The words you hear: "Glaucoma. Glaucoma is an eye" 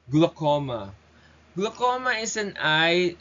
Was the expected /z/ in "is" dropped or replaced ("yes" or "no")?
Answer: yes